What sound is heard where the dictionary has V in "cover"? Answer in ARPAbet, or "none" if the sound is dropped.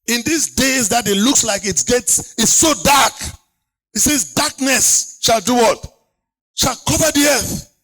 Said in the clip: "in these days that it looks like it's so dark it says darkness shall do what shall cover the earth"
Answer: V